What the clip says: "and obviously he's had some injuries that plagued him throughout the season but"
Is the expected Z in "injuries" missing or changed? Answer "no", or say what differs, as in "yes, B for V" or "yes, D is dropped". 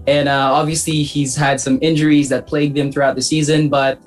no